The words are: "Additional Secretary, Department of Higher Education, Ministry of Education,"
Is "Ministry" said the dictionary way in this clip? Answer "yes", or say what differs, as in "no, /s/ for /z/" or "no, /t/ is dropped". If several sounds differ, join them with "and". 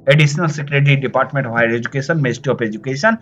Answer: no, /ɹ/ is dropped